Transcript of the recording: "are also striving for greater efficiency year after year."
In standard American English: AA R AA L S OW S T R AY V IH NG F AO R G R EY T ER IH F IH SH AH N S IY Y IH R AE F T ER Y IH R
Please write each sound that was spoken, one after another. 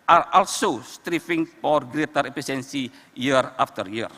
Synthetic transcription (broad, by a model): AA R AA L S OW S T R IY F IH NG F AO R G R EY T ER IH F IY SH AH N S IY Y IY R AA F T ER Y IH R